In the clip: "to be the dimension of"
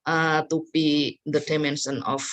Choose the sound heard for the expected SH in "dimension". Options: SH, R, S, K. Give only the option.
S